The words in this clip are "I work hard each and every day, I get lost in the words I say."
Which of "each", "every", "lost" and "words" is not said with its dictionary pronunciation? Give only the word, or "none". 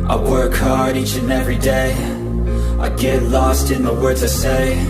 none